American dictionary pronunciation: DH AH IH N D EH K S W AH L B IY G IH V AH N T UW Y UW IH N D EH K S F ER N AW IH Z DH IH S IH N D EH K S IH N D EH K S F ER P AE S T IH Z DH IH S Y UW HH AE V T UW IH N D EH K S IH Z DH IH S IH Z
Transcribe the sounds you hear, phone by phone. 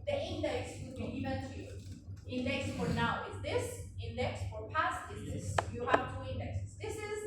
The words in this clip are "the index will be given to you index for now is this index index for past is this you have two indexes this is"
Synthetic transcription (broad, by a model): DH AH IH N D EH K S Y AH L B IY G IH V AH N T UW Y UW IH N D EH K S F ER N AW IH Z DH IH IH S IH N D EH K S F ER P AE S T IH Z DH IH S Y UW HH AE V T UW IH N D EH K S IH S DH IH S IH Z